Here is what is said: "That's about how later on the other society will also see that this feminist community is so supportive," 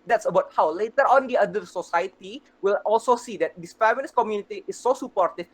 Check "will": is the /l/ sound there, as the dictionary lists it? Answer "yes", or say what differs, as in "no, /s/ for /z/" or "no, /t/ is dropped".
yes